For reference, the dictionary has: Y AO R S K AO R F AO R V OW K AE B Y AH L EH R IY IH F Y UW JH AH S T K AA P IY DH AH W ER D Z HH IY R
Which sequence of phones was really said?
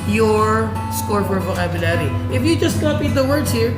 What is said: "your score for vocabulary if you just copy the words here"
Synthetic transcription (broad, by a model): Y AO R S K AO R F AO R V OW AE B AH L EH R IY IH F Y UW JH AH S T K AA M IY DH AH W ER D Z HH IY R